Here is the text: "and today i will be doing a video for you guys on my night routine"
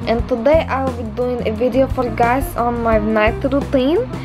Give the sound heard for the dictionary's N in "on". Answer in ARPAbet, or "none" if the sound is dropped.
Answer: N